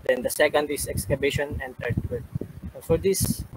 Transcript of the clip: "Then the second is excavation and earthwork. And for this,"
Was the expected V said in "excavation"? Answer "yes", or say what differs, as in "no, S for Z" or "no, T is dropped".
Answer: no, B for V